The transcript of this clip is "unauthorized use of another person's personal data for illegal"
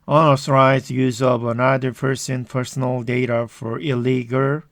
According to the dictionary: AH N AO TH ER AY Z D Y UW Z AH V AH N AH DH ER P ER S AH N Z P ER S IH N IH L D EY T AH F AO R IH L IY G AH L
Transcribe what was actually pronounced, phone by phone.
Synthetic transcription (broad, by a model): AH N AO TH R AY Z Y UW Z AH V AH N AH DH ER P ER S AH N P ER S N L D EY T AH F AO R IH L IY G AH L